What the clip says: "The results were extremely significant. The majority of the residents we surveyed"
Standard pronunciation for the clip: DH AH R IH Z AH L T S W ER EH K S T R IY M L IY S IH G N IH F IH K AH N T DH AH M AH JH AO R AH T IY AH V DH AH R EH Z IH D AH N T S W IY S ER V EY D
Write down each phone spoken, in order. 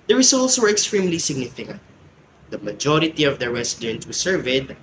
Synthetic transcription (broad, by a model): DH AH R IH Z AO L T S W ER EH K S T R IY M L IY S IH G N IH F IH K AH N T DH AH M AH JH AO R AH T IY AH V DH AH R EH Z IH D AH N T W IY S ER V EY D